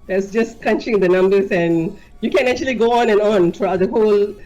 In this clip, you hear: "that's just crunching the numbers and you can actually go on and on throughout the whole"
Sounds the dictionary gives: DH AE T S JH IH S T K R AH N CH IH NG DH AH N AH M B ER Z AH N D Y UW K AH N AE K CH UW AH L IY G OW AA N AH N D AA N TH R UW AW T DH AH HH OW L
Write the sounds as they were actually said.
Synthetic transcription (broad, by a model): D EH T S JH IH S K AH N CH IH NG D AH N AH M B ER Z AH N Y UW K AH N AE K CH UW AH L IY G OW AA N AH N AA N T R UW AW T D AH HH OW L